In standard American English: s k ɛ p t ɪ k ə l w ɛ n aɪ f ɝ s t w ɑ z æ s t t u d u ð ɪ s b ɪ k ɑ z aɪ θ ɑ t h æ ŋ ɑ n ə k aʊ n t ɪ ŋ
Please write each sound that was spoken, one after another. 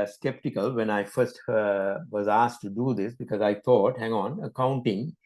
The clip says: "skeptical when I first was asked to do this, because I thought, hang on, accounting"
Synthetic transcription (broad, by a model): s k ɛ p t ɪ k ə l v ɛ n aɪ f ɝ s t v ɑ z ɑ s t t u d u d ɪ s b ɪ k ɑ z aɪ t ɑ t h æ ŋ ɑ n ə k aʊ n t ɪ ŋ